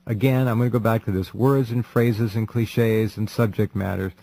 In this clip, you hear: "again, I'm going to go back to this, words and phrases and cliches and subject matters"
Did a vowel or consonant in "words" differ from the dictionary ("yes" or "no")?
no